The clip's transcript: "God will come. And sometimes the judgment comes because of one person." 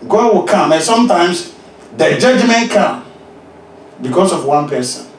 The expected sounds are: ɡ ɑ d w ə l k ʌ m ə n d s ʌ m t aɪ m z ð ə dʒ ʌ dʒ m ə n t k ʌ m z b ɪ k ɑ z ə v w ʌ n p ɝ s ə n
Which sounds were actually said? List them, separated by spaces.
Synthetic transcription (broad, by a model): ɡ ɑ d w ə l k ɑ m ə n s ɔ m t aɪ m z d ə dʒ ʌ dʒ m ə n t k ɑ m b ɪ k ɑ s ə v w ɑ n p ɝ s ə n